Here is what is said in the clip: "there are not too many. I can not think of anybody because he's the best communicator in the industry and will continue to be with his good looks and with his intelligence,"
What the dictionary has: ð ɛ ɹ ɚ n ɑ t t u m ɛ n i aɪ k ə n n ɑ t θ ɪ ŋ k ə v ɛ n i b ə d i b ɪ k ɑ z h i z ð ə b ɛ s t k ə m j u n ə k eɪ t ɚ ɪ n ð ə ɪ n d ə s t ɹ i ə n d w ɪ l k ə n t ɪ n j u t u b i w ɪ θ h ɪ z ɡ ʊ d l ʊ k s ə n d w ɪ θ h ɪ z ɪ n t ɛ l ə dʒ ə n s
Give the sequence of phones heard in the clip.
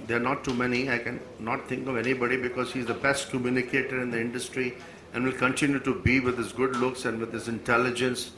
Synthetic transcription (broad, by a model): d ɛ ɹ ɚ n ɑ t t u m ɛ n i aɪ k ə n n ɑ t t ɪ ŋ k ə v ɛ n i b ə d i b ɪ k ɑ z h i z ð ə b ɛ s t k ə m j u n ə k eɪ t ɚ ɪ n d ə ɪ n d ə s t ɹ i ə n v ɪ l k ə n t ɪ n j u t u b i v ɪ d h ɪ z ɡ ʊ d l ʊ k s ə n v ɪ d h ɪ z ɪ n t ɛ l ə dʒ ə n s